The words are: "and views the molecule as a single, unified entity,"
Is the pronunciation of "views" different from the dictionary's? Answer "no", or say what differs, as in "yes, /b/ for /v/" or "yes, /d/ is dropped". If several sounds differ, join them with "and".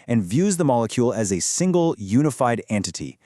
no